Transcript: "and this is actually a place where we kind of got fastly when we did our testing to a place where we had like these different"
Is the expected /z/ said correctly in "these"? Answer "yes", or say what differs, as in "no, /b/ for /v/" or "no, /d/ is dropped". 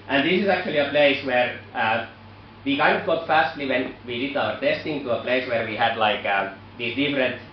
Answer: no, /s/ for /z/